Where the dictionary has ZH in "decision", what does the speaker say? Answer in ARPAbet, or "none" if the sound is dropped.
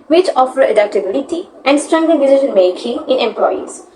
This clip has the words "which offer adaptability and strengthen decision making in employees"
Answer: SH